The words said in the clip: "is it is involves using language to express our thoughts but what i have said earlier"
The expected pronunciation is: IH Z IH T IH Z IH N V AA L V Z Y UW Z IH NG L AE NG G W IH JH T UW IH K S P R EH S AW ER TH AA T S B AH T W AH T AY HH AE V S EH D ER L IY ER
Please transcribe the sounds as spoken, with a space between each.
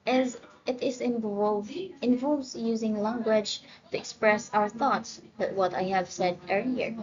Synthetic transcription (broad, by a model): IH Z IH T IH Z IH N V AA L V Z Y UW Z IH NG L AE NG G W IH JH T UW IH K S P R EH S AW ER TH AA T S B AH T W AH T AY HH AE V S EH D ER L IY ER